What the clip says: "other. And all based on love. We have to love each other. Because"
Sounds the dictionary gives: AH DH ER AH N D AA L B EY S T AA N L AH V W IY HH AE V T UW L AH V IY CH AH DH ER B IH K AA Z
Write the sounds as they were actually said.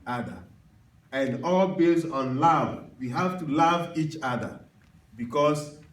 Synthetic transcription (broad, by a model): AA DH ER AH N D AA L B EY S AA N L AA V W IY HH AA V T UW L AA V IY CH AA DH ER B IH K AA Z